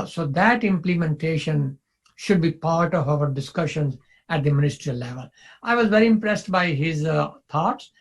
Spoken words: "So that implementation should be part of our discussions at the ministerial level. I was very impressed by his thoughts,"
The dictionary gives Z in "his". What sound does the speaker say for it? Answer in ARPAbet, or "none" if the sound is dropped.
Z